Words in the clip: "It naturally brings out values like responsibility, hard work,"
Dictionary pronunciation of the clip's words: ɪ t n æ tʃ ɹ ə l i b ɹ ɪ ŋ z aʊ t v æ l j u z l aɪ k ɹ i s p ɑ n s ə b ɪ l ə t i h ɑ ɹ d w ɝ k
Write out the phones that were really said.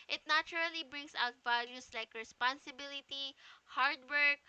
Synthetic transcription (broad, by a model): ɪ t n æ tʃ ɹ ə l i b ɹ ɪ ŋ s aʊ t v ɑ l j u s l aɪ k ɹ i s p ɑ n s ə b ɪ l ə t i h ɑ ɹ d w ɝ k